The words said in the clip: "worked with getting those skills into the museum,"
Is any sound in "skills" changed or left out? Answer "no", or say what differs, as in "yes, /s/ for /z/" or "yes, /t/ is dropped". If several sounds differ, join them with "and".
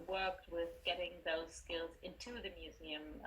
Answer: no